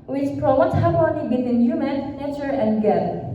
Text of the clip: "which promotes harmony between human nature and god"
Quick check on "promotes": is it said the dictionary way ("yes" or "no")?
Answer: no